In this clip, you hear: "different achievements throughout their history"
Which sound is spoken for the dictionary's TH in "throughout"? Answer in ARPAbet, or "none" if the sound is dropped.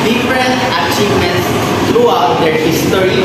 T